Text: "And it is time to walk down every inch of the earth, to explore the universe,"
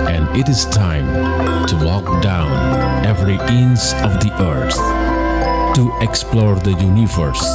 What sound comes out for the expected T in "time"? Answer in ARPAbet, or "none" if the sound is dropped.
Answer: T